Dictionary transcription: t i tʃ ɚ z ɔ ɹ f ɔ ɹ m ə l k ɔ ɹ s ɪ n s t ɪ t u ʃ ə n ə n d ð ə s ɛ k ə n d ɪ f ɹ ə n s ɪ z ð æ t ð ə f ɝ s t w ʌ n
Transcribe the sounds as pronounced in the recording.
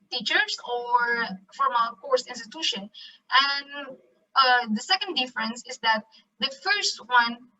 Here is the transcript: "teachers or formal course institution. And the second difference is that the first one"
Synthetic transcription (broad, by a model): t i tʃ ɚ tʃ ɔ ɹ f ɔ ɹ m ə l k ɔ ɹ s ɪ n s t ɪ t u ʃ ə n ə n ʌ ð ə s ɛ k ə n d ɪ f ɹ ə n s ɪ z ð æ t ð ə f ɝ s t w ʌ n